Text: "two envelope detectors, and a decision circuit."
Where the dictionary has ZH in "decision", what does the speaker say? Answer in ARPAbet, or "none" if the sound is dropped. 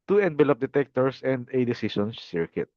S